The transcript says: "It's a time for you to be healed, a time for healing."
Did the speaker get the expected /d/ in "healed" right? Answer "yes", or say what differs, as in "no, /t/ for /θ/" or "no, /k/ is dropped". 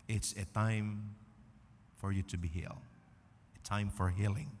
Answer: no, /d/ is dropped